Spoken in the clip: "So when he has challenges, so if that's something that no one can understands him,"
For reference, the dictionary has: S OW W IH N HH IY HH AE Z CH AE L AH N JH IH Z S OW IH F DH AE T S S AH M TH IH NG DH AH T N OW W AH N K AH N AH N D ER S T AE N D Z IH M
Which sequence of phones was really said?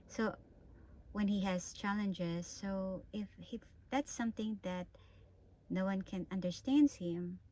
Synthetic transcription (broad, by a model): S OW W IH N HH IY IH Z CH AE L AH N JH IH Z S OW IH F DH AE T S S AH M TH IH NG DH AH T N OW W AH N K AH N AH N D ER S T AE N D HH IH M